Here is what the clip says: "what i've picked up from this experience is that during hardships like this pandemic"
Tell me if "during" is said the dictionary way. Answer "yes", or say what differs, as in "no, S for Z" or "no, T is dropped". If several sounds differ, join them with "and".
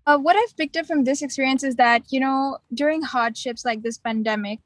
yes